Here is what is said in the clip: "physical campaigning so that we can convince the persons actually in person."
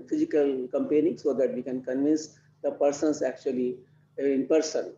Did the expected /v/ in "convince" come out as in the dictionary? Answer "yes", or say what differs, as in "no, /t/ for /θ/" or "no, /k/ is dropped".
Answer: yes